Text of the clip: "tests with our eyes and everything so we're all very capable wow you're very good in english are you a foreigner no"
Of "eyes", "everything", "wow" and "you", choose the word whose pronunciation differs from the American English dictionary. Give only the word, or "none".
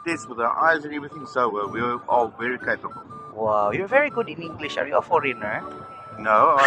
everything